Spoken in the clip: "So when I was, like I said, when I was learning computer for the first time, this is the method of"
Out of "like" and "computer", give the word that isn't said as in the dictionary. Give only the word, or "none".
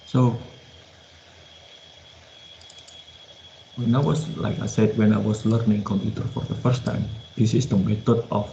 none